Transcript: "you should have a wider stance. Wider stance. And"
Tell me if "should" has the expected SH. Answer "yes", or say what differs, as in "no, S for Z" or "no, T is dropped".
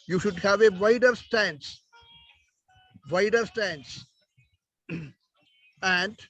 yes